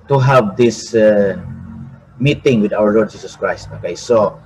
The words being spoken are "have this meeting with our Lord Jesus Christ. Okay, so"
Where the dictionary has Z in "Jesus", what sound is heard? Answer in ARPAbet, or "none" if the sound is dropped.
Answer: S